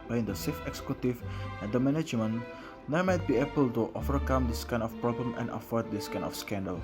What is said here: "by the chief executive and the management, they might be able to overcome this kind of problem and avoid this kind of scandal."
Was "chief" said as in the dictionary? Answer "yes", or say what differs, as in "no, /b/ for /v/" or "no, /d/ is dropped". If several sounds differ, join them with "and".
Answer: no, /s/ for /tʃ/